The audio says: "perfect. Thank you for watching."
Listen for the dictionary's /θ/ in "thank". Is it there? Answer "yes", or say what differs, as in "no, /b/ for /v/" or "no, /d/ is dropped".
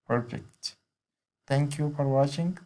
no, /t/ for /θ/